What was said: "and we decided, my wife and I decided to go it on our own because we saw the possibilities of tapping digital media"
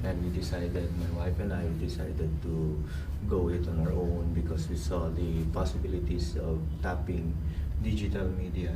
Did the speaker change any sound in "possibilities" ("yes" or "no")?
yes